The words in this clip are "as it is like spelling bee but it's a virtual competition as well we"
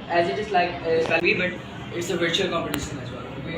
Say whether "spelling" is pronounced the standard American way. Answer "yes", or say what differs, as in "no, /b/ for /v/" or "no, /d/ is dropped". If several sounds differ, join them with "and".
no, /l/ is dropped